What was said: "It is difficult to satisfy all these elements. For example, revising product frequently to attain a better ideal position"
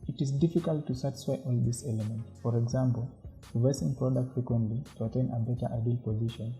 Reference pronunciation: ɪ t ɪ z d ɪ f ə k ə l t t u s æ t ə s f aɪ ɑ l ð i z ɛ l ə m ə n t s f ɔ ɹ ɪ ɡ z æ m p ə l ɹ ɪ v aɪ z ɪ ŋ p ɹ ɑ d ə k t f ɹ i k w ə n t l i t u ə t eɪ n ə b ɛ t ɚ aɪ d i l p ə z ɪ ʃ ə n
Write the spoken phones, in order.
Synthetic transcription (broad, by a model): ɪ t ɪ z d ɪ f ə k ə l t t u s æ t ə s f aɪ ɑ l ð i s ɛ l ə m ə n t f ɔ ɹ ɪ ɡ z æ m p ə l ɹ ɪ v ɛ s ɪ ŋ p ɹ ɑ d ə k t f ɹ i k w ə n t l i t u ə t eɪ n ə b ɛ t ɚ aɪ d i l p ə z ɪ ʃ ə n